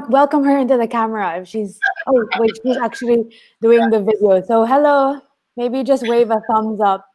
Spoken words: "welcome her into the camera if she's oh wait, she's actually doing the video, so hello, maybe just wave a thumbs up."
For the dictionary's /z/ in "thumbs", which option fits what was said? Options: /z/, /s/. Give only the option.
/z/